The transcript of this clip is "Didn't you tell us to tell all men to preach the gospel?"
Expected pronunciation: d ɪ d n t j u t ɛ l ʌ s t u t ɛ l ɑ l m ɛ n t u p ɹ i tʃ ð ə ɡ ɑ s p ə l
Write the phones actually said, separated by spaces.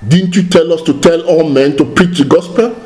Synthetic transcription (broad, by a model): d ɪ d n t j u t ɛ l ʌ s t u t ɛ l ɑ w m ɛ n t u p ɹ i tʃ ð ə ɡ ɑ s p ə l